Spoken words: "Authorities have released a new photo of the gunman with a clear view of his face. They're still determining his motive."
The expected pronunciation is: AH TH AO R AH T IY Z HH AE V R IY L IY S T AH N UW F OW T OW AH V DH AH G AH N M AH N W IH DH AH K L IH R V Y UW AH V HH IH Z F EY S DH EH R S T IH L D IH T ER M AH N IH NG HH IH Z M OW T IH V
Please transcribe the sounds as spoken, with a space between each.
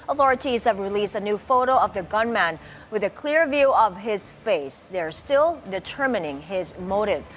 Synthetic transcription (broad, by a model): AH TH AO R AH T IY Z HH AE V R IY L IY S T AH N UW F OW T OW AH V DH AH G AH N M AH N W IH DH AH K L IH R V Y UW AH V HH IH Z F EY S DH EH R S T IH L D IH T ER M AH N IH NG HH IH Z M OW T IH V